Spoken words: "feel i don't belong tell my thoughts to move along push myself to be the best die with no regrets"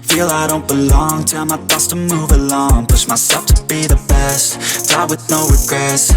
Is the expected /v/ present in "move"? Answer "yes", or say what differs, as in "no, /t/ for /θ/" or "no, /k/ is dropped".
yes